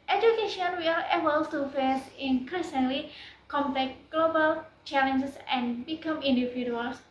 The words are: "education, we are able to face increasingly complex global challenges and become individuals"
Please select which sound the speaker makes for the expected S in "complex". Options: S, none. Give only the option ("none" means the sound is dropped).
none